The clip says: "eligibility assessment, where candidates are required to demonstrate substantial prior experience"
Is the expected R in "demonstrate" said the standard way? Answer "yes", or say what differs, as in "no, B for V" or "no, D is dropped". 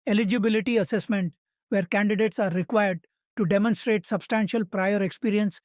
yes